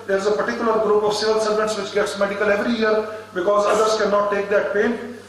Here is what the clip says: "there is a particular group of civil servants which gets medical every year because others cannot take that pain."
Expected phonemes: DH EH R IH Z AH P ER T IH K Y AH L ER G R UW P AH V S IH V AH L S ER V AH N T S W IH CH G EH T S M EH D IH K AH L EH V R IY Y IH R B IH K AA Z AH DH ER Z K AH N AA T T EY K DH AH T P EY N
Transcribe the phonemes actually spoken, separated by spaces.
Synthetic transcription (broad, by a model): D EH R IH Z AH P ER T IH K Y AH L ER G R UW P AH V S IH V AH L S ER V AH N T S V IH CH G EH T S M EH D IH K AH L EH V R IY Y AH R B IH K AA Z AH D ER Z K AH N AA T T EY K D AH T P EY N